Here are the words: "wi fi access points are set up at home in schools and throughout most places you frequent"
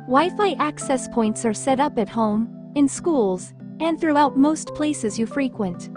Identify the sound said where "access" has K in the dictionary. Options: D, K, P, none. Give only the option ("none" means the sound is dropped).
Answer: K